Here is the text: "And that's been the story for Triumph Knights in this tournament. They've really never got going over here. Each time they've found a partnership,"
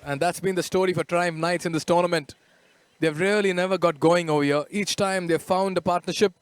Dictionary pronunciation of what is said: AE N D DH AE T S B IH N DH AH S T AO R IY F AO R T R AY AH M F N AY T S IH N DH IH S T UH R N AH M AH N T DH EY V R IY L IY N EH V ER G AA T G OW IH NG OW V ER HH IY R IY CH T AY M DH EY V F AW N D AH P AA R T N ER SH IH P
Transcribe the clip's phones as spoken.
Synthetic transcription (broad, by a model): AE N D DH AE T S B IH N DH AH S T AO R IY F AO R T R AY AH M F N AY T S IH N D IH S T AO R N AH M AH N T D EY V R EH L IY N EH V ER G AA T G OW IH NG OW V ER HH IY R IY CH T AY M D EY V F AW N D AH P AA R T N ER SH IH P